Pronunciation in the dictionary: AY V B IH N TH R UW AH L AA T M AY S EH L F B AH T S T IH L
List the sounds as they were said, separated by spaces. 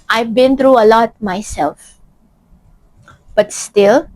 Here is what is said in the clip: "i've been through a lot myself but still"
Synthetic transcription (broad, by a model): AY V B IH N T R UW AH L AA T M AY S EH L F B AH T S T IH L